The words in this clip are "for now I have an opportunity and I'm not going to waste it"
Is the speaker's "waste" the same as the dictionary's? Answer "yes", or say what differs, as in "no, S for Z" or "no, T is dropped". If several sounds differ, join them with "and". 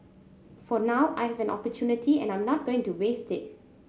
yes